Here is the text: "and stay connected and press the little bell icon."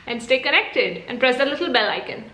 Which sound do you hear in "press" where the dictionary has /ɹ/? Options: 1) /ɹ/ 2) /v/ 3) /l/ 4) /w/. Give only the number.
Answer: 1